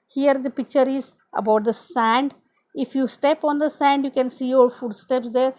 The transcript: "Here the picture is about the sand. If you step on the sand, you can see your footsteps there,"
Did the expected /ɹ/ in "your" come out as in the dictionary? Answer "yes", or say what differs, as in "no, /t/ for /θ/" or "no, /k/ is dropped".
no, /l/ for /ɹ/